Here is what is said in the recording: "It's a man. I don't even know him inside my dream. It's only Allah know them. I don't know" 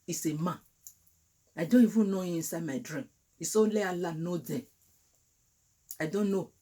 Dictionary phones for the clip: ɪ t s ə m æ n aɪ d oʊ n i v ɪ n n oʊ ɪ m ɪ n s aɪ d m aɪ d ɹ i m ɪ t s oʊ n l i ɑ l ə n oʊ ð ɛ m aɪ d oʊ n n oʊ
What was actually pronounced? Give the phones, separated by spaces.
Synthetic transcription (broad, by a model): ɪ s ə m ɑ aɪ d oʊ n i v ɪ n n oʊ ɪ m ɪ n s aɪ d m aɪ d ɹ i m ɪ s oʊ l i ɑ l ə n oʊ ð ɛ aɪ d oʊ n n oʊ